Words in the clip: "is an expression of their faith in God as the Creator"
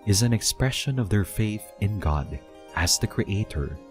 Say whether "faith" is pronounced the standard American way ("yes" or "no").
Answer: yes